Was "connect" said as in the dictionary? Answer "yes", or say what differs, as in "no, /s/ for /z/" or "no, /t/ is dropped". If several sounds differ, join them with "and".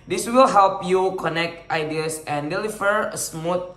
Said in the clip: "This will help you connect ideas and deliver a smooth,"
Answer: yes